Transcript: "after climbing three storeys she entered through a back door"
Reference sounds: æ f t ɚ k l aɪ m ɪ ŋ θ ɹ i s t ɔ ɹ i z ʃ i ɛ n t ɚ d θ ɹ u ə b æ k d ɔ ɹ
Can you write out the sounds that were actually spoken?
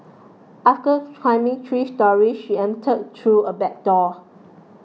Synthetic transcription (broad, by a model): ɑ f t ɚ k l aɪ m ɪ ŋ t ɹ i s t ɔ ɹ i ʃ i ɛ n t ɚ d t ɹ u ə b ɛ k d ɔ